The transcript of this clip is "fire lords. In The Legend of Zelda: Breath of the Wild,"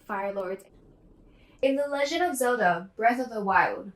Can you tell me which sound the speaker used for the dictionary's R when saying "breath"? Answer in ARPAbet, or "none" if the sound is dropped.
R